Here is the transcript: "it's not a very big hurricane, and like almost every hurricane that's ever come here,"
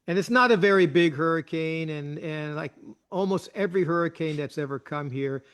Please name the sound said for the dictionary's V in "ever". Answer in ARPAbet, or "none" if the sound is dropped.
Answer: V